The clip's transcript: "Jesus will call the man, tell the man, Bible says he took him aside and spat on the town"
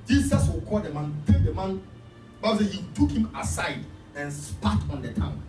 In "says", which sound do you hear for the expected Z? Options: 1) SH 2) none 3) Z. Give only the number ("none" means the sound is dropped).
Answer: 2